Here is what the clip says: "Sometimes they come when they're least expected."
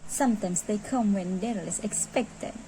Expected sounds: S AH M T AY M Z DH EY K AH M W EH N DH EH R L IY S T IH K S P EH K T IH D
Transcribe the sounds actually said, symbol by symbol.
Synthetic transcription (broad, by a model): S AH M T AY M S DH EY K AH M W EH N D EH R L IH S IH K S P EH K T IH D